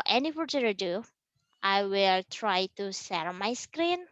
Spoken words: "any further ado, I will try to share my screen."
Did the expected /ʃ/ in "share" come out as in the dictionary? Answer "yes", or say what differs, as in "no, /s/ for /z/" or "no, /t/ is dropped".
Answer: no, /s/ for /ʃ/